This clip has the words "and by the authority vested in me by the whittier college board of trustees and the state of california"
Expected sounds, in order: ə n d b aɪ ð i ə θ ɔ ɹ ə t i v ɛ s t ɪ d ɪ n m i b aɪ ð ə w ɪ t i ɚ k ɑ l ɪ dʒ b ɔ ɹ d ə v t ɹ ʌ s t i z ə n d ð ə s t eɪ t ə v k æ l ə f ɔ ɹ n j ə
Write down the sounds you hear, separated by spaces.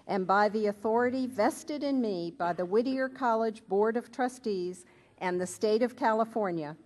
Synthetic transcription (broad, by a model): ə n b aɪ ð i ə θ ɔ ɹ ə t i v ɛ s t ɪ d ɪ n m i b aɪ ð ə w ɪ t i ɚ k ɑ l ɪ dʒ b ɔ ɹ d ə v t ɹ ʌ s t i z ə n ð ə s t eɪ t ə v k æ l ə f ɔ ɹ n j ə